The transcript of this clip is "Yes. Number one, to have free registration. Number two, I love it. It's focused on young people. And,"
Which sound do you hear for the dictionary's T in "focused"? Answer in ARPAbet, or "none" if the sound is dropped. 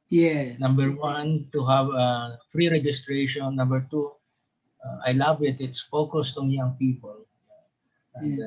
T